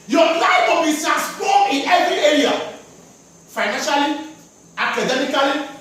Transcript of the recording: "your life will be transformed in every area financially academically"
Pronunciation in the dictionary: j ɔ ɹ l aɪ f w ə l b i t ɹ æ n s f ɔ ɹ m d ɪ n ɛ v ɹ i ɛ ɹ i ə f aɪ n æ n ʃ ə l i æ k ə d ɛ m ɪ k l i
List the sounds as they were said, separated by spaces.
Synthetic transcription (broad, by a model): j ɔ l aɪ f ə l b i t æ s p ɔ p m ɪ n ɛ v ɹ i ɛ ɹ i ə f aɪ n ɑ n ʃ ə l i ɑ k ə d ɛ m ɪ k l i